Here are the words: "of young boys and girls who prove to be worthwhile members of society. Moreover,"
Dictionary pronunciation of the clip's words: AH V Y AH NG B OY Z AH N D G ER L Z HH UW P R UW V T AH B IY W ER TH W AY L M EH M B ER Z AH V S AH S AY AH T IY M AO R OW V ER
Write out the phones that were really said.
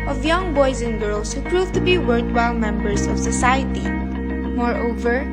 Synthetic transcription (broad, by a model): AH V Y AH NG B OY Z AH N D G ER L S HH UW P R UW V T AH B IY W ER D W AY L M EH M B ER S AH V S AH S AY AH T IY M AO R OW V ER